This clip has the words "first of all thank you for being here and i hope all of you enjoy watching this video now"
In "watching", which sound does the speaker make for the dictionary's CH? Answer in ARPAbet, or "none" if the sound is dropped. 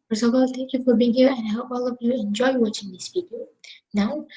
CH